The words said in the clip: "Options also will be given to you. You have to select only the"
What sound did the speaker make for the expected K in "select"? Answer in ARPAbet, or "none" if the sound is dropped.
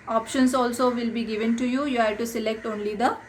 K